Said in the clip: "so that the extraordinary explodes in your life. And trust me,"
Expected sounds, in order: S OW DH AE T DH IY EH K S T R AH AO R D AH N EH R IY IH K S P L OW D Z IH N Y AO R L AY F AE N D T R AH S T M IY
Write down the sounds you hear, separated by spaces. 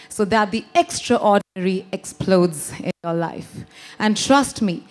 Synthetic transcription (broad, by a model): S OW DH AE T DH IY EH K S T R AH AO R D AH N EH R IY IH K S P L OW D Z IH N Y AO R L AY F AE N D T R AH S T M IY